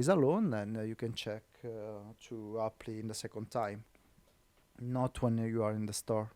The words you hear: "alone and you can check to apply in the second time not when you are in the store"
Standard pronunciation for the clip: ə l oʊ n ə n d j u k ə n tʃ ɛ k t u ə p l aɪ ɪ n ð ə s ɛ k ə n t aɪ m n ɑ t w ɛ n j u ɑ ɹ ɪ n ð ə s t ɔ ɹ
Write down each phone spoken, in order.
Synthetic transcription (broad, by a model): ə l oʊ n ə n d j u k ə n tʃ ɛ k t u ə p l ɪ n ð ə s ɛ k ə n t aɪ m n ɑ t w ɛ n j u ɑ ɹ ɪ n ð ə s t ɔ ɹ